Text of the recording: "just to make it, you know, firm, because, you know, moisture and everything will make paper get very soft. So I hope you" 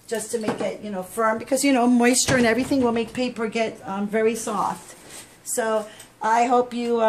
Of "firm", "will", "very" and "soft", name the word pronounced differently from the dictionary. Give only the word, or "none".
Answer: none